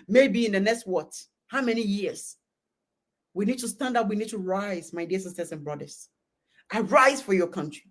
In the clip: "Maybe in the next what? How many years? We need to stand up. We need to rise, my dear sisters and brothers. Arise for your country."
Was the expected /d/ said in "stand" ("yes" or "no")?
yes